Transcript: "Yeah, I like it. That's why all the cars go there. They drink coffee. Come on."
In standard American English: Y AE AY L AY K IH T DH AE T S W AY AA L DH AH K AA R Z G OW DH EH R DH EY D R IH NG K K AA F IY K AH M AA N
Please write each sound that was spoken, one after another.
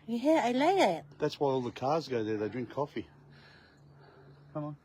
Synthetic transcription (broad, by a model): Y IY AY L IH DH IH T DH AE T S W AY AA L DH AH K AA R Z G OW DH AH R DH EY D R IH NG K K AA F IY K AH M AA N